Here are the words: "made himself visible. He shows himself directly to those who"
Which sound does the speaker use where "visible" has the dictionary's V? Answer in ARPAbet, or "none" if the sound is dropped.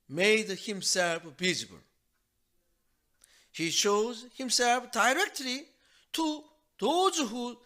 B